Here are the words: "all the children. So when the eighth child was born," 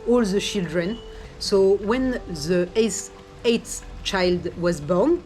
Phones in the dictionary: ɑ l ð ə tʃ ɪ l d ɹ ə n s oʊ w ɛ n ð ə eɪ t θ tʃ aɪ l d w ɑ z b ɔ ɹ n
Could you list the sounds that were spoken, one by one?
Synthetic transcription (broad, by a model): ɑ l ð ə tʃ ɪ l d ɹ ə n s oʊ w ɛ n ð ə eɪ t s tʃ aɪ l d w ɑ z b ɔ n